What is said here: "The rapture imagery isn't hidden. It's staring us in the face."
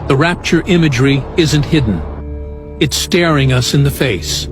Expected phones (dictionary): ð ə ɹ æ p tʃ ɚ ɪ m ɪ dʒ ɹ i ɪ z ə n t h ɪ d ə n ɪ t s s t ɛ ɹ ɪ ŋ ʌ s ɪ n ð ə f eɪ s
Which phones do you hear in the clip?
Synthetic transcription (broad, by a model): ð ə ɹ æ p tʃ ɚ ɪ m ɪ dʒ ɹ i ɪ z ə n t h ɪ d n ɪ t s s t ɛ ɹ ɪ ŋ ʌ s ɪ n ð ə f eɪ s